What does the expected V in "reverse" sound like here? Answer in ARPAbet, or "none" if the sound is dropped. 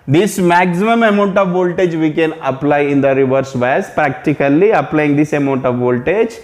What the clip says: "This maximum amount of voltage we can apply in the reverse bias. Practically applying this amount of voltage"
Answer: V